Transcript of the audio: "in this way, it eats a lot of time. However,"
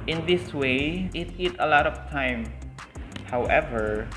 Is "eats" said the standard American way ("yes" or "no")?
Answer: no